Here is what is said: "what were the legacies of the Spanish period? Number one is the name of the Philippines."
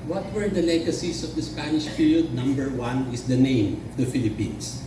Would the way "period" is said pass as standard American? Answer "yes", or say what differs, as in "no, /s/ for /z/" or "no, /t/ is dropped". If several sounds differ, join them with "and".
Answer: no, /f/ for /p/